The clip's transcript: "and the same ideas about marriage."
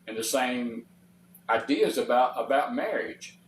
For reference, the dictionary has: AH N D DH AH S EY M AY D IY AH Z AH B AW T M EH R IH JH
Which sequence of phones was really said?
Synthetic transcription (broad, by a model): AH N DH AH S EY M AY D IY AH Z AH B AW T M EH R IH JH